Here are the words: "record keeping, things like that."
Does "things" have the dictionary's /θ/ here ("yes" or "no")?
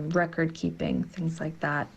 yes